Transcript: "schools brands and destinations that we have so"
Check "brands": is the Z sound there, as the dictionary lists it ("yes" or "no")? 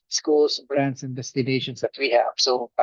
no